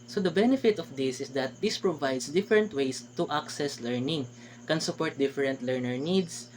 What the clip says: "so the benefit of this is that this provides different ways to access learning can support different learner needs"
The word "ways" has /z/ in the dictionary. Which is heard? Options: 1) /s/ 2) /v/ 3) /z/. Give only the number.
1